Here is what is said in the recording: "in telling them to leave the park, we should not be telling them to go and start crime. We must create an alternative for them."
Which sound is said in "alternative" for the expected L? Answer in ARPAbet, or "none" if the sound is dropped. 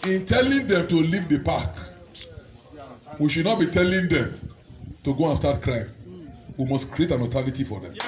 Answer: none